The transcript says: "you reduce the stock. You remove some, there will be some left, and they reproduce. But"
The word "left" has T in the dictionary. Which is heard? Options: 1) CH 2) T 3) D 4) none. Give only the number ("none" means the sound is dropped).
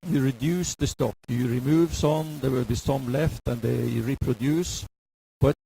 2